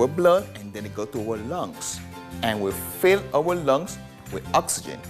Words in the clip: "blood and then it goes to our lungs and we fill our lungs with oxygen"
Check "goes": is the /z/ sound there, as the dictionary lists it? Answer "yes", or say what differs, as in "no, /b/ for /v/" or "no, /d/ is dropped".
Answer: no, /z/ is dropped